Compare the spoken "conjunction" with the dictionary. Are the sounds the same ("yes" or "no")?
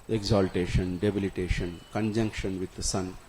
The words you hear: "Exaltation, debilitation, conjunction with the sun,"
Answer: yes